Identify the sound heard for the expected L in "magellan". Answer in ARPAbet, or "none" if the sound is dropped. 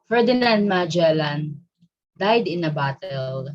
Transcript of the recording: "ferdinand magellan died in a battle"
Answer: L